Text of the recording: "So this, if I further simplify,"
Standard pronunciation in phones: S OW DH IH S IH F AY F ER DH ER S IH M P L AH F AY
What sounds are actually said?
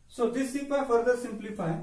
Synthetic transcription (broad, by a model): S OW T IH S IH P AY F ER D ER S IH M P L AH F AY